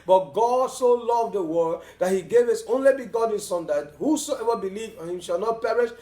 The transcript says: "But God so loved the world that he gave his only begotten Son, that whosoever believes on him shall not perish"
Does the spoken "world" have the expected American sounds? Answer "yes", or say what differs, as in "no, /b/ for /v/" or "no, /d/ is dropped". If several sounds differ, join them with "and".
no, /l/ is dropped